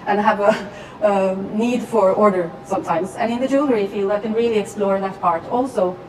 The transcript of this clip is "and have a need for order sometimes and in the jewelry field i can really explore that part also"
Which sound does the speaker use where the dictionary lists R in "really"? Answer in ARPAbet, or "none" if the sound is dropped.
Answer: R